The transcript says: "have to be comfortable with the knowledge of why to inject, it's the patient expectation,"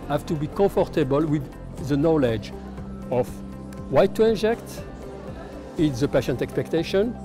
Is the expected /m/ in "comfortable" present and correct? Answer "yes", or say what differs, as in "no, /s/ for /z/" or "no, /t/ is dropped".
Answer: no, /m/ is dropped